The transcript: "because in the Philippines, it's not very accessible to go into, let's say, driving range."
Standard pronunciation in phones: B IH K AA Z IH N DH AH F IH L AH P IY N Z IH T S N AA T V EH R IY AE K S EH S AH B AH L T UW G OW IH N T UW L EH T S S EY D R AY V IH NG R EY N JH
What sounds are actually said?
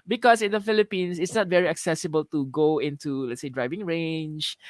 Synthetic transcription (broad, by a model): B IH K AA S IH N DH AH F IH L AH P IY N S IH T S N AA T V EH R IY AE K S EH S AH B AH L T UW G OW IH N T UW L EH T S S EY D R AY V IH NG R EY N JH